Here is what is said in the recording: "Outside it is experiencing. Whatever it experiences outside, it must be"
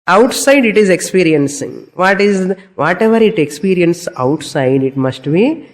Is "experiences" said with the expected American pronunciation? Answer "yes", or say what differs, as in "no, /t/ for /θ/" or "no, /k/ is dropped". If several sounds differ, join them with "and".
no, /z/ is dropped